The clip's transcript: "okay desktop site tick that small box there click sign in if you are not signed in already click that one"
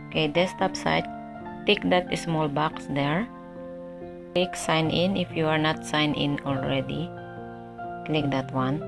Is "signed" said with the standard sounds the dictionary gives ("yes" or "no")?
no